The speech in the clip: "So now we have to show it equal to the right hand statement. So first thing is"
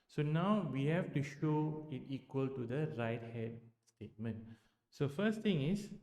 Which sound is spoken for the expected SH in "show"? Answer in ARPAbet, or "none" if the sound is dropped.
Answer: SH